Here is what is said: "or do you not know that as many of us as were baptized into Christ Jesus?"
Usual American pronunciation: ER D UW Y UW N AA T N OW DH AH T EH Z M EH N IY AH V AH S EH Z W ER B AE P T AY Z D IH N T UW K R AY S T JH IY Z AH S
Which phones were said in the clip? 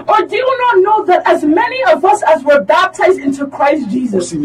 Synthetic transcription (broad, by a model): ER D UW Y UW N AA T N OW DH AH T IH Z M EH N IY AH V AH S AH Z W ER B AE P T AY Z D IH N T UW K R AY S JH IY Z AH S